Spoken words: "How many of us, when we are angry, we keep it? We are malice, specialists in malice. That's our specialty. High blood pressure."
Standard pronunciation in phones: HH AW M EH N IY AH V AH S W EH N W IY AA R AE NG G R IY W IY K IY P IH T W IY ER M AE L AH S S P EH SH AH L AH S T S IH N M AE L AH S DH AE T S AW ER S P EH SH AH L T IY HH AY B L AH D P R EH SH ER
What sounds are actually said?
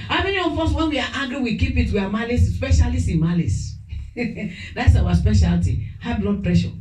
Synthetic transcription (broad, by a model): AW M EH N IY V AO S W EH N W IY AA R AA G R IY W IY K IY P IH T W IY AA M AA L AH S S P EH SH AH L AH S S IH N M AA L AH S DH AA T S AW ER S P EH SH AH L T IY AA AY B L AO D P R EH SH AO